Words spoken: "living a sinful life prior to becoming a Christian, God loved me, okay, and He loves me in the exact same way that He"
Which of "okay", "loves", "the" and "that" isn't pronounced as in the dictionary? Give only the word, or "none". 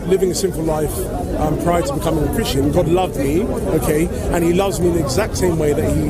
none